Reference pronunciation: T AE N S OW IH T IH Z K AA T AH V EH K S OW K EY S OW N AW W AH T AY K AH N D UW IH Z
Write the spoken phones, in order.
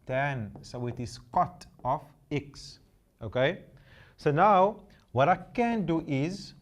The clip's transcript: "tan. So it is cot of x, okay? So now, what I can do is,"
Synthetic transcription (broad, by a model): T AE N S OW IH T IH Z K AA T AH F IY K S OW K EY S OW N AW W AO T AY K AH N D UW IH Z